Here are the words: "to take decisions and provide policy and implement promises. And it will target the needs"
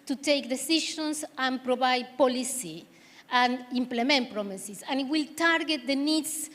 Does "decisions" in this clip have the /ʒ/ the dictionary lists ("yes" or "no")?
no